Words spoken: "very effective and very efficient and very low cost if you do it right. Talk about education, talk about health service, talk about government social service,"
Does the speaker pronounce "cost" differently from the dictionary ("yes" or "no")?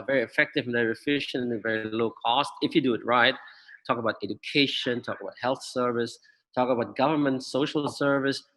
no